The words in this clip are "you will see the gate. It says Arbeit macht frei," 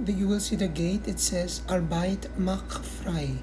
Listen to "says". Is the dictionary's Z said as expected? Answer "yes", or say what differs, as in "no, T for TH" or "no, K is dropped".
yes